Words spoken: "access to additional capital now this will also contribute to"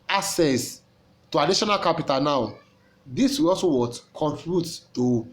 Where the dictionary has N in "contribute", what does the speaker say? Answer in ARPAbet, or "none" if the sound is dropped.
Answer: none